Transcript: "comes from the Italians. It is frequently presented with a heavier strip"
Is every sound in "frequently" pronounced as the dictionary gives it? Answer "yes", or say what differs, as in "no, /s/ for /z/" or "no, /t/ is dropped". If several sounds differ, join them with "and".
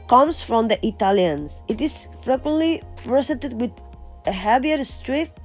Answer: yes